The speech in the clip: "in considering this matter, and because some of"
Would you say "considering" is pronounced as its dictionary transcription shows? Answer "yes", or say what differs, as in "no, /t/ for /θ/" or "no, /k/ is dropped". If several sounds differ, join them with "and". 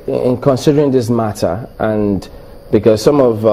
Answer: yes